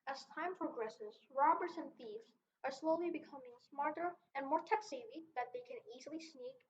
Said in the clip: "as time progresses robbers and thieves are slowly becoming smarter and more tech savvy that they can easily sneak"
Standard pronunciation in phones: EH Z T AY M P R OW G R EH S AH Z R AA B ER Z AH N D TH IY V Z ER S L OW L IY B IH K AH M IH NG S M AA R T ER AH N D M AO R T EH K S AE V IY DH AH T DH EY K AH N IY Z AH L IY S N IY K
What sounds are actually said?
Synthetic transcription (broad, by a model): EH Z T AY M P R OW G R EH S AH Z R AA B ER Z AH N TH IY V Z ER S L OW L IY B IH K AH M IH NG S M AA R T ER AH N M AO R T EH K S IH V IY DH AH T DH EY K AH N IY Z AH L IY S N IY K